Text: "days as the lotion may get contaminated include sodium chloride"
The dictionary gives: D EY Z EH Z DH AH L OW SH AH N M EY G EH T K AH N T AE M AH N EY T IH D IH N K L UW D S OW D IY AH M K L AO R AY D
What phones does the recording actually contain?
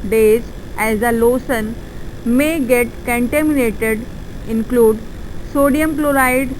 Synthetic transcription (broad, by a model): D EY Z EH Z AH L OW S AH N M EY G EH T K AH N T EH M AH N EY T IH D IH N K L UW D S OW D IY AH M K L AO R AY D